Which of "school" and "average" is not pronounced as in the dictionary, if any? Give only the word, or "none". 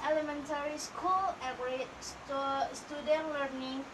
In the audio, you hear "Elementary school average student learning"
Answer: average